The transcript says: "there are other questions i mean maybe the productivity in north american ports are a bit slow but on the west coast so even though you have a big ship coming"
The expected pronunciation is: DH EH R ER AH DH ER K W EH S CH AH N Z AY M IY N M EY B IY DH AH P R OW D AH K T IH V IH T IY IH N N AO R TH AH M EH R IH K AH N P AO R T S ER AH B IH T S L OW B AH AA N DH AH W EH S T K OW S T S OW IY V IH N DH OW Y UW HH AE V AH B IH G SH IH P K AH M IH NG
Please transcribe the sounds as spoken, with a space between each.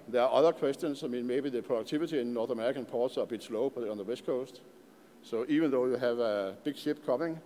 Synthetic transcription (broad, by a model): DH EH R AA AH DH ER K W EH S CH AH N S AY M IY N M EY B IY DH AH P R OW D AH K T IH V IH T IY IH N N AO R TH AH M EH R IH K AH N P AO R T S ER AH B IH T S L OW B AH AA N DH AH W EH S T K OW S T S OW IY V IH N DH OW Y UW HH AE V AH B IH G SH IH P K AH M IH NG